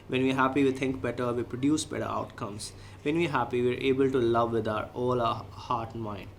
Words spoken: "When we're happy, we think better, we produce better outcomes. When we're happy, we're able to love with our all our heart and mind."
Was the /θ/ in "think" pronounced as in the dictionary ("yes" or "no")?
no